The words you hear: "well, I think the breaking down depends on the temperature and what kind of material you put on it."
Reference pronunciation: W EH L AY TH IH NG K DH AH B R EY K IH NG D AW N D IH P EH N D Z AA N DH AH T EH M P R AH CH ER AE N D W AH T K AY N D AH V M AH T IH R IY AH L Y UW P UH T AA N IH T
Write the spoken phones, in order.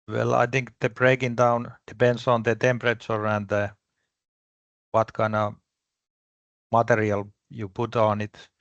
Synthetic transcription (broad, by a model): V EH L AY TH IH NG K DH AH B R EY K IH NG D AW N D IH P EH N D S AA N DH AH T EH M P R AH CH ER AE N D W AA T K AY N AH M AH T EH R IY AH L Y UW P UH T AA N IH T